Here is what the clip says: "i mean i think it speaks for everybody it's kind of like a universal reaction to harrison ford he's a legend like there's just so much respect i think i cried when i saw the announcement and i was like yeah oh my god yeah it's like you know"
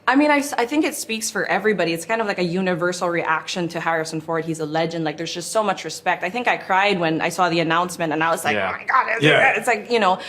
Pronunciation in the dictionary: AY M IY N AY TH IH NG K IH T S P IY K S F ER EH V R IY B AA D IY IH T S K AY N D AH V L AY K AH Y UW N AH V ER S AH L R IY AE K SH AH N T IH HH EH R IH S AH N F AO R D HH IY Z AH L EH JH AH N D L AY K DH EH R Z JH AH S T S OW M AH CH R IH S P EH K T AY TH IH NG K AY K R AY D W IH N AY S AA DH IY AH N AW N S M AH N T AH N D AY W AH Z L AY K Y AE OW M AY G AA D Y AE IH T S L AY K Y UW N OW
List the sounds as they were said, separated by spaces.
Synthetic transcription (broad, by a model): AY M IY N AY TH IH NG K IH T S P IY K S F ER EH V R IY B AA D IY IH T S K AY N D AH V L AY K AH Y UW N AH V ER S L R IY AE K SH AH N T IH HH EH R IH S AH N F AO R D HH IY Z AH L EH JH AH N D L AY K DH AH R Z JH AH S T S OW M AH CH R IH S P EH K T AY TH IH NG K AY K R AY D W IH N AY S AA DH IY AH N AW N S M AH N T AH N AY W AH Z L AY K OW M AY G AA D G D IH T S L AY K Y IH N OW